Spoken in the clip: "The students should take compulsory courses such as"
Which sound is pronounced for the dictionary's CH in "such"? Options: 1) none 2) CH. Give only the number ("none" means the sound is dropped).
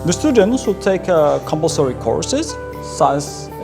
1